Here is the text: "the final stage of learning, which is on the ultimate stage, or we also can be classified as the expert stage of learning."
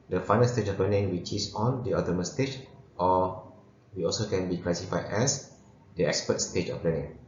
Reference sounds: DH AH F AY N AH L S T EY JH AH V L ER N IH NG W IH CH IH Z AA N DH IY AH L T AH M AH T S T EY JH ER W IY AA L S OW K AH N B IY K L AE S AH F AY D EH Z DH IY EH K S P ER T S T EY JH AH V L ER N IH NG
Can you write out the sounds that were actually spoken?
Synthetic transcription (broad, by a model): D AH F AY N AH L S T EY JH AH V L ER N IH NG W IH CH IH S AA N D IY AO T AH M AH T S T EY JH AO W IY AA L S OW K AH N B IY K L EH S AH F AY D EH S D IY EH K S P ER T S T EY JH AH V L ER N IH NG